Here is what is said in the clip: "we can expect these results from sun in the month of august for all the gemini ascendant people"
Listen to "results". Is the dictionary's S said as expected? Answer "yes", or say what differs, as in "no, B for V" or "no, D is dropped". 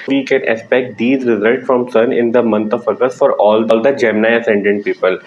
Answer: yes